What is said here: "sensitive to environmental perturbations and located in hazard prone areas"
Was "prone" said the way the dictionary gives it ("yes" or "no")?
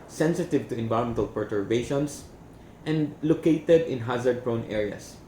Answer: yes